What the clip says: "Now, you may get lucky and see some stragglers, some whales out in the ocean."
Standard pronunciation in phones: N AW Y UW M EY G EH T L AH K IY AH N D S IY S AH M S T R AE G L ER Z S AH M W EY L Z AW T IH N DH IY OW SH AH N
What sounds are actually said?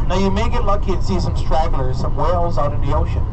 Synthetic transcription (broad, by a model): N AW Y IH M EY G EH T L AH K IY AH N S IY S AH M S T R AE G L ER Z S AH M W EY L Z AW T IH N DH IY OW SH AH N